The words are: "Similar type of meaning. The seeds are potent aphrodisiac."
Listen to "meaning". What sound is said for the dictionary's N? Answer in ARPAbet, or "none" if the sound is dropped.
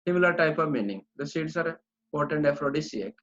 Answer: N